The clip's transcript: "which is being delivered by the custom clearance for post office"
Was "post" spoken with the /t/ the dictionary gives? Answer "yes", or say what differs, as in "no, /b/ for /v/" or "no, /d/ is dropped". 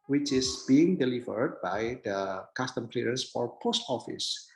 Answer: yes